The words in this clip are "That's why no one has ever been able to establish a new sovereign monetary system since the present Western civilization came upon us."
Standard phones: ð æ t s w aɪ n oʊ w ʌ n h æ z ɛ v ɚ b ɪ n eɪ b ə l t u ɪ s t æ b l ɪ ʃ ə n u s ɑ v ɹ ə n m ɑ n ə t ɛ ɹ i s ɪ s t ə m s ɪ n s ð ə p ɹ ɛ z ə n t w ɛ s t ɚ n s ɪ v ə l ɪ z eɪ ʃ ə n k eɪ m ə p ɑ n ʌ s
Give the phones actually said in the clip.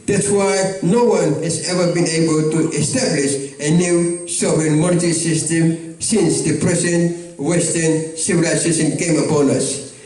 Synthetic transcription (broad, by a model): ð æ t s w aɪ n oʊ w ʌ n h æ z ɛ v ɚ b ɪ n eɪ b ə l t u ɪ s t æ b l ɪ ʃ ə n u s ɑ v ə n m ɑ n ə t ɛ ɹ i s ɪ s t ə m s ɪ n s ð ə p ɹ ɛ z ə n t w ɛ s t ɚ n s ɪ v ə l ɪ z eɪ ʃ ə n k eɪ m ə p ɑ n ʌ s